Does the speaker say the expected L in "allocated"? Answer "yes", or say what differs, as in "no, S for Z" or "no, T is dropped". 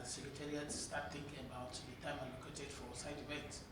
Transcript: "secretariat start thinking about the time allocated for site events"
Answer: no, N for L